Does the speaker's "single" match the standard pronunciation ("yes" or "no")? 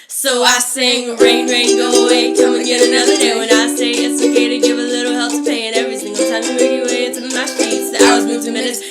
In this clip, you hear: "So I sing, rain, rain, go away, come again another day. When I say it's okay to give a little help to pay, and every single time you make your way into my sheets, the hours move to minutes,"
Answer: no